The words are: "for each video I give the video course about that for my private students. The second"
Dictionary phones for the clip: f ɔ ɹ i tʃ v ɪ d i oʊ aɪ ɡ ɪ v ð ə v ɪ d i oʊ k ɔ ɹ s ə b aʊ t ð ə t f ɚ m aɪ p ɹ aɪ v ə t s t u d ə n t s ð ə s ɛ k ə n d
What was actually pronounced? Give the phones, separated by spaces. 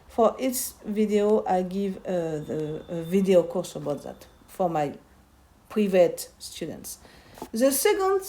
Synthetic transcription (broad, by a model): f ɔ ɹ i s v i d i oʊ aɪ ɡ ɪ v ð ə v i d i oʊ k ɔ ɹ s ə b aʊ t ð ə t f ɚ m aɪ p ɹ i v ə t s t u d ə n t s ð ə s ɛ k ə n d